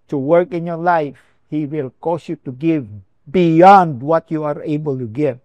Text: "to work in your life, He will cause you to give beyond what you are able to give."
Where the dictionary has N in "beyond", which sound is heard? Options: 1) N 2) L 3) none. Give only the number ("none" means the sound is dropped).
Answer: 1